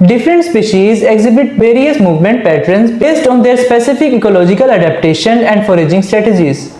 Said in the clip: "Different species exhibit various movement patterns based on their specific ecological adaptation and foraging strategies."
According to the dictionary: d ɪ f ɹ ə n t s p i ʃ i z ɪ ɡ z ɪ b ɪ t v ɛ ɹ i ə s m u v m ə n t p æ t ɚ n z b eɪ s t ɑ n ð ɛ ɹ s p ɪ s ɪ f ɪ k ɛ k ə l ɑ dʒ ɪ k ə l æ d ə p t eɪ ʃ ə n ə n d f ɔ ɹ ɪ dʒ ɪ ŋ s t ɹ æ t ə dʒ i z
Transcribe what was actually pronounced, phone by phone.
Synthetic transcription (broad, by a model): d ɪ f ɹ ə n t s p i ʃ i z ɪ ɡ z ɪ b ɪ t v ɛ ɹ i ə s m u v m ə n t p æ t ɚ n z b eɪ s t ɑ n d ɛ ɹ s p ɪ s ɪ f ɪ k ɛ k ə l ɑ dʒ ɪ k ə l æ d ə p t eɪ ʃ ə n ə n d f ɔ ɹ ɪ dʒ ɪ ŋ s t ɹ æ t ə dʒ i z